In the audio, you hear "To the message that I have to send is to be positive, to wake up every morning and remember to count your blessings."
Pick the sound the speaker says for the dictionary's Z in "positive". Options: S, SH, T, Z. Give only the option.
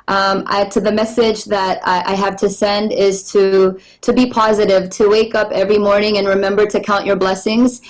Z